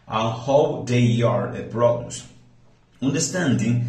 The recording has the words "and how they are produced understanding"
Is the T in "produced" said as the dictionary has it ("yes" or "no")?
no